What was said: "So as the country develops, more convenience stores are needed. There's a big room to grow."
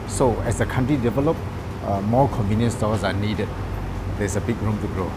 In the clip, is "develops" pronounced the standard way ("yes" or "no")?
no